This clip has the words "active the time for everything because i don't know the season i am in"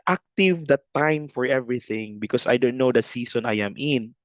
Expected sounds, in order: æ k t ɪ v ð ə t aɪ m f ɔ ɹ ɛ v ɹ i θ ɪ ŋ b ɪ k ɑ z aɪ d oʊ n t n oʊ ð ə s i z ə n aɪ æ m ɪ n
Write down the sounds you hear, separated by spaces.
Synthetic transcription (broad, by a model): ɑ k t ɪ v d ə t aɪ m f ɔ ɹ ɛ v ɹ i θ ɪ ŋ b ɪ k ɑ s aɪ d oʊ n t n oʊ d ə s i s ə n aɪ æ m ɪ n